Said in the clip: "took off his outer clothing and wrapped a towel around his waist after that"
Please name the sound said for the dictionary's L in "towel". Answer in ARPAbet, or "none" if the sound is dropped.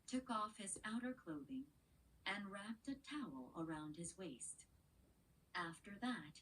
L